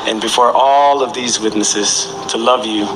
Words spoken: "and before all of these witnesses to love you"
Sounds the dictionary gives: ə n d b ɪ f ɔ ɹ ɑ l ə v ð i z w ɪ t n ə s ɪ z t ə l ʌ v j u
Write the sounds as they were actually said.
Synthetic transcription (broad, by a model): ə n b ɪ f ɔ ɹ ɑ l ə v ð i z w ɪ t n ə s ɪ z t ə l ʌ v j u